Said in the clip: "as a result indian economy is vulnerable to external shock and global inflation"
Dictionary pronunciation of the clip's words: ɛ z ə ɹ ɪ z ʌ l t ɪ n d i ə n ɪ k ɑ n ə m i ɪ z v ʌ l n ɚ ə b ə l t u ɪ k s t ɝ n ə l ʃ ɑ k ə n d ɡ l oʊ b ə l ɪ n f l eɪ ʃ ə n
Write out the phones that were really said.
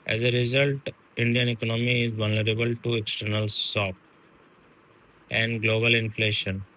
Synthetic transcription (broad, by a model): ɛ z ə ɹ ɪ z ʌ l t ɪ n d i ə n ɪ k ɑ n ə m i ɪ z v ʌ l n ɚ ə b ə l t u ɪ k s t ɝ n ə l s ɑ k ə n d ɡ l oʊ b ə l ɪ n f l eɪ ʃ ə n